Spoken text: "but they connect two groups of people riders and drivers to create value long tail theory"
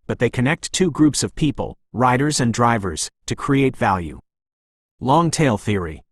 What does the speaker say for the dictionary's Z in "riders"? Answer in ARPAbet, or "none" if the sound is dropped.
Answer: Z